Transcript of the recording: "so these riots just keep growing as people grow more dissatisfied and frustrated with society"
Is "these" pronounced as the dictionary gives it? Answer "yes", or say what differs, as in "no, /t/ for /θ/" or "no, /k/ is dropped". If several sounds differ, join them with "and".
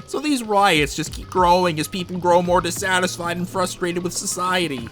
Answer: yes